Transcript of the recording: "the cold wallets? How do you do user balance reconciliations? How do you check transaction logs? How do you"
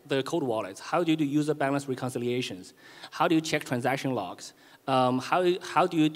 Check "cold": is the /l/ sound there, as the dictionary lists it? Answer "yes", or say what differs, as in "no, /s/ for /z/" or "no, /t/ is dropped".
no, /l/ is dropped